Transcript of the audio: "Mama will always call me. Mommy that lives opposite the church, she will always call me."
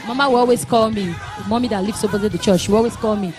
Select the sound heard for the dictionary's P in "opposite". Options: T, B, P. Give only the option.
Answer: B